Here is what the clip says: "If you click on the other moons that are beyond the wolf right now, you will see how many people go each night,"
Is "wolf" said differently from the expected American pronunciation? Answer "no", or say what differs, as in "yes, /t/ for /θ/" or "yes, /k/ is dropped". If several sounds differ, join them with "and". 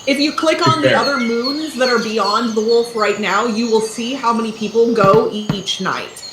no